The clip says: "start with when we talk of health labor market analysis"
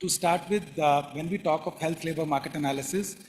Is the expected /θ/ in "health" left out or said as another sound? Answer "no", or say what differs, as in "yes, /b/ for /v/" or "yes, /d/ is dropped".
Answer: yes, /t/ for /θ/